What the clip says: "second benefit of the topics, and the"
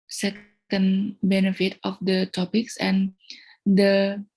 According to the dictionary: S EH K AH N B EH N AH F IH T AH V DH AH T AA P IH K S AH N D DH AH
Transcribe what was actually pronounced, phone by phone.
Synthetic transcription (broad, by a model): S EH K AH N B EH N AH F IH T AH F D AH T AA P IH K S AH N D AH